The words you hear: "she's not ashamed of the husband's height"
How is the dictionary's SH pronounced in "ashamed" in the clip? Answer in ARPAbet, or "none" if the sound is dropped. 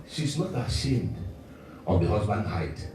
SH